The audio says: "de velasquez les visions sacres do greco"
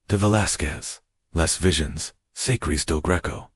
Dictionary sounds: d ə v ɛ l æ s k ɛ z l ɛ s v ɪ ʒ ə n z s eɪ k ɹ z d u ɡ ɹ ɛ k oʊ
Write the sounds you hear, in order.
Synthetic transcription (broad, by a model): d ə v ɛ l æ s k ɛ z l ɛ s v ɪ ʒ ə n z s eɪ k ɹ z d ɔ ɡ ɹ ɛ k oʊ